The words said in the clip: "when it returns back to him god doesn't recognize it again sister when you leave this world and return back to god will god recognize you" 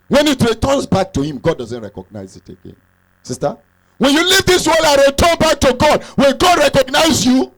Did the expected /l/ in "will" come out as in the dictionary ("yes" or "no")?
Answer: no